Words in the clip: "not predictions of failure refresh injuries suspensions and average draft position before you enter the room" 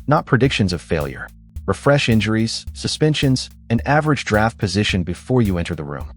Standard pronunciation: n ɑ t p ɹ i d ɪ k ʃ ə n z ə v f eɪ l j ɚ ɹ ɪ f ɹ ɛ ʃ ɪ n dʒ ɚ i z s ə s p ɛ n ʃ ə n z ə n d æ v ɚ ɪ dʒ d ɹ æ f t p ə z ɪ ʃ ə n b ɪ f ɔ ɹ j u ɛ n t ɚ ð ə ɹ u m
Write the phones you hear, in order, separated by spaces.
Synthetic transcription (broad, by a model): n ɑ t p ɹ i d ɪ k ʃ ə n z ə v f eɪ l j ɚ ɹ ɪ f ɹ ɛ ʃ ɪ n dʒ ɚ i z s ə s p ɛ n ʃ ə n z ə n æ v ɚ ɪ dʒ d ɹ æ f t p ə z ɪ ʃ ə n b ɪ f ɔ ɹ j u ɛ n t ɚ ð ə ɹ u m